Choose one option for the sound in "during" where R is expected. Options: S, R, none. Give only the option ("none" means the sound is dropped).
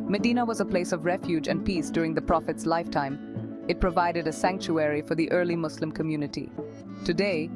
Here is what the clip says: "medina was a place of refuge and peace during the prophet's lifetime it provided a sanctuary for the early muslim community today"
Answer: R